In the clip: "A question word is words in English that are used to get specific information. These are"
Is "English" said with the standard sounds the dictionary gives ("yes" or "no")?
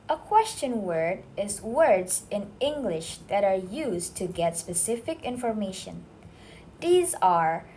yes